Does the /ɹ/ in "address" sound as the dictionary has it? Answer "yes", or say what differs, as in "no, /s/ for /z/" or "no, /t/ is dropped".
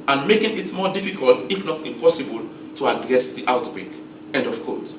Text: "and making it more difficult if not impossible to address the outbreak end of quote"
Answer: yes